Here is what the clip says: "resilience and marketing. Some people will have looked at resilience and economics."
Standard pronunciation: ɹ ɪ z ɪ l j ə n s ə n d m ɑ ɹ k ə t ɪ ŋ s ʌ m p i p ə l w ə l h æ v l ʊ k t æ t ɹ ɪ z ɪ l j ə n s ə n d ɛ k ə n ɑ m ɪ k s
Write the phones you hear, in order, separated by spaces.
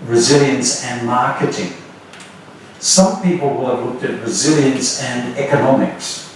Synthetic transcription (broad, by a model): ɹ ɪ z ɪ l j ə n s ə n m ɑ ɹ k ə t ɪ ŋ s ʌ m p i p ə l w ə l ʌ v l ʊ k t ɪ t ɹ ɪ z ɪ l j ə n s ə n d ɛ k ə n ɑ m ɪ k s